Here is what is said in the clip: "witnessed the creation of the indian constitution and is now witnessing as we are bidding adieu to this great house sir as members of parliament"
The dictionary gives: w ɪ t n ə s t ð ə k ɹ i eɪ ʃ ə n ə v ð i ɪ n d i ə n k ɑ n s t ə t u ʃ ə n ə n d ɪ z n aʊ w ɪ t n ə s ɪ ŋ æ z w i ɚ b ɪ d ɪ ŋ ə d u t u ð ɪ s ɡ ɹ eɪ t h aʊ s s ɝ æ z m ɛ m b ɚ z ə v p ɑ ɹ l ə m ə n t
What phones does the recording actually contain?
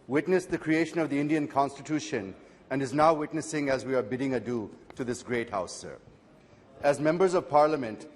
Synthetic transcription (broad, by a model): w ɪ t n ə s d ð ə k ɹ i eɪ ʃ ə n ə v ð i ɪ n d i ə n k ɑ n s t ə t u ʃ ə n ə n d ɪ z n aʊ w ɪ t n ə s ɪ ŋ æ z w i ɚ b ɪ d ɪ ŋ ə d u t u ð ɪ s ɡ ɹ eɪ t h aʊ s s ɝ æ z m ɛ m b ɚ z ə v p ɑ ɹ l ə m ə n t